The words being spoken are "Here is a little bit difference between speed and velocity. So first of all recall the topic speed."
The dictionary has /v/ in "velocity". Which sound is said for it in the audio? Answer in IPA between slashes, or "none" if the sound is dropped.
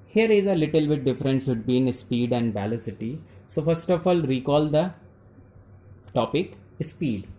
/b/